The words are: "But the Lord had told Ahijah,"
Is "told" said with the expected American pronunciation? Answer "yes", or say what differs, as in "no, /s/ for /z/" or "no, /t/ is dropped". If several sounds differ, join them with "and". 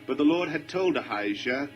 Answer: yes